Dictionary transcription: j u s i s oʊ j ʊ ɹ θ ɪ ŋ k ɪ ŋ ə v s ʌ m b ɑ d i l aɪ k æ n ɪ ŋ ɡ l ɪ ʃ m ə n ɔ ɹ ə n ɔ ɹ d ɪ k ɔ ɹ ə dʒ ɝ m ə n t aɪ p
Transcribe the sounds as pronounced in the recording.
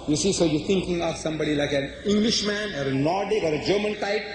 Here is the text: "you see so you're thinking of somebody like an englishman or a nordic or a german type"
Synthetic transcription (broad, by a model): j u s i s oʊ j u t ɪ ŋ k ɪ ŋ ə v s ʌ m b ɑ d i l aɪ k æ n ɪ ŋ ɡ l ɪ ʃ m ə n ɔ ɹ ə n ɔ ɹ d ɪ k ɔ ɹ ə dʒ ɝ m ə n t aɪ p